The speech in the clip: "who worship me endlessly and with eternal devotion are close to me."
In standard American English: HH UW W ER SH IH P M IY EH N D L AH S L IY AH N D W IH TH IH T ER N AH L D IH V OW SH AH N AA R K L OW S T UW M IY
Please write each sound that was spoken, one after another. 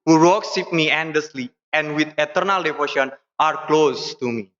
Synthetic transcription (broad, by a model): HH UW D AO S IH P M IY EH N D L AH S L IY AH N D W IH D IH T ER N AH L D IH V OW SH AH N AA R K L OW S T UW M IY